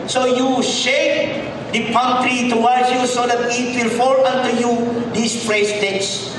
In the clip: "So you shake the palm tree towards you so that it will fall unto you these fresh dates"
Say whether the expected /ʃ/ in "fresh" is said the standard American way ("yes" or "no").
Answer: no